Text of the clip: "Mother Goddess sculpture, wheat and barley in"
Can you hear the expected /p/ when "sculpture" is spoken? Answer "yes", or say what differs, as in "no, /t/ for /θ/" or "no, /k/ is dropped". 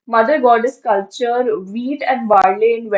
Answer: no, /p/ is dropped